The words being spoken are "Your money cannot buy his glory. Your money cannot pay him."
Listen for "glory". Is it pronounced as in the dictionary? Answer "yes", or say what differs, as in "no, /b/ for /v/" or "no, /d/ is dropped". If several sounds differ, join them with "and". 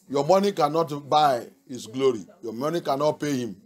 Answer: yes